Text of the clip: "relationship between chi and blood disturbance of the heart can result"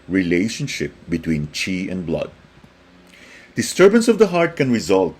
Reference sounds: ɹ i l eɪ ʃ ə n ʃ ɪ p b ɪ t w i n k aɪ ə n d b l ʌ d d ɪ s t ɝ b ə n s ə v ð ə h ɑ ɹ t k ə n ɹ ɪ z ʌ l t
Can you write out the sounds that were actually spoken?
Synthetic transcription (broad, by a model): ɹ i l eɪ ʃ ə n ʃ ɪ p b ɪ t w i n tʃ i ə n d b l ʌ d d ɪ s t ɝ b ə n s ə v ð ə h ɑ ɹ t k ə n ɹ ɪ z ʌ l t